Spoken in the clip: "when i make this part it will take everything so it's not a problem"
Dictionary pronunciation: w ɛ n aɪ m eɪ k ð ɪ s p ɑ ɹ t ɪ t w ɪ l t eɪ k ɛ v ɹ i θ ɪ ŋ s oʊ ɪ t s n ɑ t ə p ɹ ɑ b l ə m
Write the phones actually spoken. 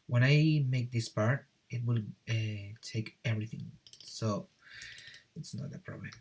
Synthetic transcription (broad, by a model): w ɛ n aɪ m eɪ k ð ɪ s p ɑ ɹ t ɪ t w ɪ l t eɪ k ɛ v ɹ i θ ɪ ŋ s oʊ ɪ t s n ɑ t ə p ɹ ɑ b l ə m